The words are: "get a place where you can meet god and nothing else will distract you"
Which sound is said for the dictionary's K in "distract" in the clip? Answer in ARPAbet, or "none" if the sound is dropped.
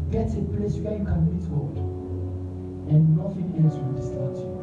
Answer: none